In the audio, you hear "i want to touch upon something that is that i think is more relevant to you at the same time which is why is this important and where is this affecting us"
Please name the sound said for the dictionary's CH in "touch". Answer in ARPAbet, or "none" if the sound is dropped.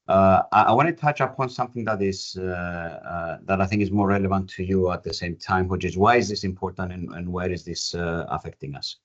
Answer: CH